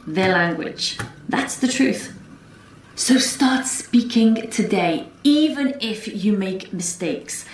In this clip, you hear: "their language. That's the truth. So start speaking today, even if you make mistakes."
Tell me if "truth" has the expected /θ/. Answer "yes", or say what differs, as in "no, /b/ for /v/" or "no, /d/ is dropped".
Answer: yes